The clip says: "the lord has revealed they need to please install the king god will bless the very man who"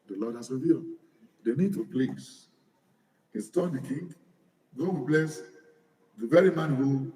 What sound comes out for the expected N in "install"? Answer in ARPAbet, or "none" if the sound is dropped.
none